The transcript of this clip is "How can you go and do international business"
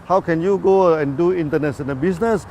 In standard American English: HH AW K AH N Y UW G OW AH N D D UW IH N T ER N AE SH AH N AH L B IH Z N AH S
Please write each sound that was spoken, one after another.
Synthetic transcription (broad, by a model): HH AW K AH N Y UW G OW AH N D D UW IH N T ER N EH S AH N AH B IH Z N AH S